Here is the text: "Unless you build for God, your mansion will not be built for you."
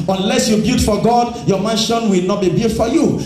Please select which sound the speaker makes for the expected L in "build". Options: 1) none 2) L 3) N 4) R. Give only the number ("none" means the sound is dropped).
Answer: 1